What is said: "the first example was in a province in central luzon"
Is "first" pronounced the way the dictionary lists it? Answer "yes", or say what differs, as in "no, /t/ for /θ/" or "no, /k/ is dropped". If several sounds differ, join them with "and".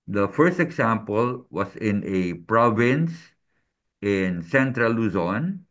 yes